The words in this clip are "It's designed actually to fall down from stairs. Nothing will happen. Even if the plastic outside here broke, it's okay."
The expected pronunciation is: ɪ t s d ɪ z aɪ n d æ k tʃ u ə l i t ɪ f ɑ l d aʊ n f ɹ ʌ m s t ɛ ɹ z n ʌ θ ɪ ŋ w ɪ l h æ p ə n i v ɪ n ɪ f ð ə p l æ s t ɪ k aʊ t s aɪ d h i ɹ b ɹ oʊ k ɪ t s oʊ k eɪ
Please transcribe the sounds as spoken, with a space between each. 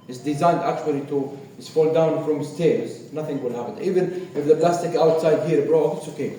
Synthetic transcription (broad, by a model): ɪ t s d ɪ z aɪ n d æ k tʃ u ə l i t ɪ f ɑ l d aʊ n f ɹ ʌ m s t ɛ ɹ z n ʌ θ ɪ ŋ w ɪ l h æ p ə n i v ɪ n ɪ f ð ə p l æ s t ɪ k aʊ t s aɪ d h i ɹ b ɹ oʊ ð ɪ t s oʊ k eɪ